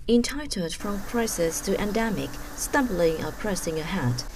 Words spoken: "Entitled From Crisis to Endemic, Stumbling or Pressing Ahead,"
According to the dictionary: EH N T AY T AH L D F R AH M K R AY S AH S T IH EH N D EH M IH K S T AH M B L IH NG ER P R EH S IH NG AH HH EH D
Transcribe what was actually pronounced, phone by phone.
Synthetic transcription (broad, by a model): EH N T AY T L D F R AH M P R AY S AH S T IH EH N D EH M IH K S T AH M B L IH NG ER P R EH S IH NG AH HH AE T